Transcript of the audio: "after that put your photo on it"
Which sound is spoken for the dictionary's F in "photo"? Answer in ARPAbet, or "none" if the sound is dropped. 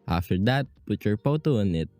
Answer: P